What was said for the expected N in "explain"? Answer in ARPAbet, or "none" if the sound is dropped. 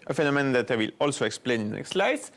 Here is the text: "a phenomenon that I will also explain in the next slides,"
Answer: none